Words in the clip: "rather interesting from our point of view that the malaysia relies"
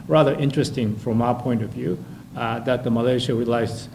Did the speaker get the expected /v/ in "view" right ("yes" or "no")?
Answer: yes